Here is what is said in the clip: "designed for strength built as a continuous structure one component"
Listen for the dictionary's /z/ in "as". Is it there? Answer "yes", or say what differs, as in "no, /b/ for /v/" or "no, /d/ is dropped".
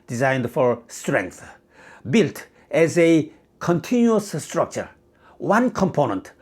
yes